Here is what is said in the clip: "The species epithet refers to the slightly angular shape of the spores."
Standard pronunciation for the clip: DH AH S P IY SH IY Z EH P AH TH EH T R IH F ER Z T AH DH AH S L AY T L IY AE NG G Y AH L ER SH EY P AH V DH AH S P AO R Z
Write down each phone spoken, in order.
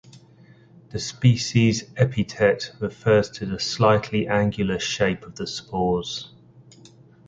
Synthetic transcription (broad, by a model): DH AH S P IY SH IY Z EH P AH T EH T R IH F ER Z T AH DH AH S L AY T L IY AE NG G Y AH L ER SH EY P AH V DH AH S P AO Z